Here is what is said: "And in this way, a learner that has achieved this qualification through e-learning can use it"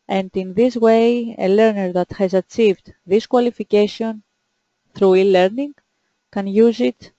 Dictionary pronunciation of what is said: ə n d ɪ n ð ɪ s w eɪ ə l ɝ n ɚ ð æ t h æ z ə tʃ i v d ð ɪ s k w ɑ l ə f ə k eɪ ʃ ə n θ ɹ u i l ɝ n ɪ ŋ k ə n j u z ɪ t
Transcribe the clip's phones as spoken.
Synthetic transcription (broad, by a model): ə n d ɪ n ð ɪ s w eɪ ə l ɝ n ɚ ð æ t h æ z ə tʃ i v d ð ɪ s k w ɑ l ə f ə k eɪ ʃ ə n θ ɹ u i l ɝ n ɪ ŋ k ə n j u z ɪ t